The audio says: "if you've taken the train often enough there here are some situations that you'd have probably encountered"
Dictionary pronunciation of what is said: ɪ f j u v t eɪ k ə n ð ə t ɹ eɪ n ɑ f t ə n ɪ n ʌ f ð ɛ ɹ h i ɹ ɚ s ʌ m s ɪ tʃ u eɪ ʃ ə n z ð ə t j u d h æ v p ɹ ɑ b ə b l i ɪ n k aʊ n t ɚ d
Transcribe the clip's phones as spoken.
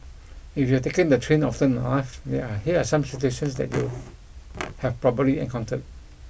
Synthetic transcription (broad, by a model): ɪ f j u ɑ t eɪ k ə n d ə t ɹ eɪ n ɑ f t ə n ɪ ɪ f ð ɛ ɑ h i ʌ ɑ s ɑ m s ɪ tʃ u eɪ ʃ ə n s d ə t j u h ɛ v p ɹ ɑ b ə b l i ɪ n k aʊ n t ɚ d